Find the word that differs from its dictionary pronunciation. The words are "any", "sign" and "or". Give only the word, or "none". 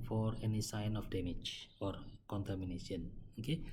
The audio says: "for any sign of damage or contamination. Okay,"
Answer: none